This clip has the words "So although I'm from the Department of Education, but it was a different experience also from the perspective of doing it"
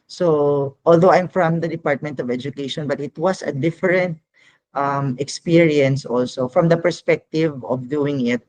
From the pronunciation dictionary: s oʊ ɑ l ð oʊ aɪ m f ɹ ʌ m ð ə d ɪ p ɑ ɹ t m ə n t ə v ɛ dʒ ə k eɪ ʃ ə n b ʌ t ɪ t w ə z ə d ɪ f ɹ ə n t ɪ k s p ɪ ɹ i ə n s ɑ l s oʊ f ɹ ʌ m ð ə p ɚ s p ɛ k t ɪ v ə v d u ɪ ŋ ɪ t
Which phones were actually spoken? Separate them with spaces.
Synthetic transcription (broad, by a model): s oʊ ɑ l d oʊ aɪ m f ɹ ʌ m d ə d ɪ p ɑ ɹ t m ə n t ə v ɛ dʒ ə k eɪ ʃ ə n b ʌ t ɪ t w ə s ə d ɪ f ɹ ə n t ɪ k s p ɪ ɹ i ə n s ɑ l s oʊ f ɹ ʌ m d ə p ɚ s p ɛ k t ɪ v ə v d u ɪ ŋ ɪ t